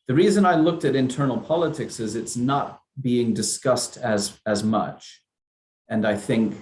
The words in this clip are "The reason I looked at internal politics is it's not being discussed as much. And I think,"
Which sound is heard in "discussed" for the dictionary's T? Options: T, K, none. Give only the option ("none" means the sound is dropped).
T